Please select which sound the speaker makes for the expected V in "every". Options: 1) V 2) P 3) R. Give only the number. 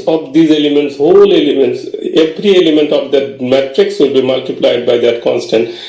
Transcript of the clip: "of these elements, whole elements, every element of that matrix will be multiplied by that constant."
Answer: 2